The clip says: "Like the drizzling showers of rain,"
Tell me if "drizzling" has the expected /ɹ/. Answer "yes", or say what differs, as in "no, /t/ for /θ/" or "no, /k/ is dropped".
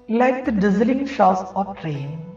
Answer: no, /ɹ/ is dropped